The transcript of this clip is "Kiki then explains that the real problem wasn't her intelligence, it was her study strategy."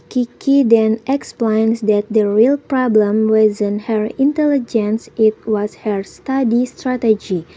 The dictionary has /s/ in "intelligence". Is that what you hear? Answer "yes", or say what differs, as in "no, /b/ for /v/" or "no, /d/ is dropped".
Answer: yes